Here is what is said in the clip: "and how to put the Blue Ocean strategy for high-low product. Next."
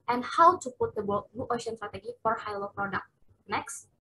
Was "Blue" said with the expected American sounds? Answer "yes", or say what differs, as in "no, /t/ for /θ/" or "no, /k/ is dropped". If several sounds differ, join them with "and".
no, /n/ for /l/